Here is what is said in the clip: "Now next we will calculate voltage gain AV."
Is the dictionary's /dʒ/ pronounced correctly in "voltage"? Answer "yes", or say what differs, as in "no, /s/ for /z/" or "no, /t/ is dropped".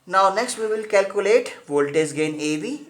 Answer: no, /z/ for /dʒ/